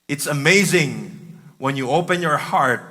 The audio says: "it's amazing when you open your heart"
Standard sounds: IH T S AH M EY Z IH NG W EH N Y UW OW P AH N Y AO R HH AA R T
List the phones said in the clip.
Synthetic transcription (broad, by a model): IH T S AH M EY Z IH NG W EH N Y UW OW P AH N Y AO R HH AA R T